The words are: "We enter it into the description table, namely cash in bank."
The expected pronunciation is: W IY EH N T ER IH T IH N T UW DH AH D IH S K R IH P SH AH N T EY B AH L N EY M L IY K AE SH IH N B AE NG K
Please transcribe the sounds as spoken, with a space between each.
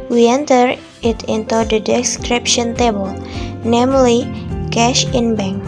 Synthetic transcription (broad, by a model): W IY EH N T ER IH T IH N T UW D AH D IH S K R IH P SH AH N T EY B AH L N EY M L IY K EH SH IH N B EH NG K